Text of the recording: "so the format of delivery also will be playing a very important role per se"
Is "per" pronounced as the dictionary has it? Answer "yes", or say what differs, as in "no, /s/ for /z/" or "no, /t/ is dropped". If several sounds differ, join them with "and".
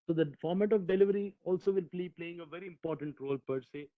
yes